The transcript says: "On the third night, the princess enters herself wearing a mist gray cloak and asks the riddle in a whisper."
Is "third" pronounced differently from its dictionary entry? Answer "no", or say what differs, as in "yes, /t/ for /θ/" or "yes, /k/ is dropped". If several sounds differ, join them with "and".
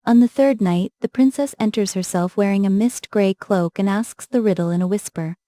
no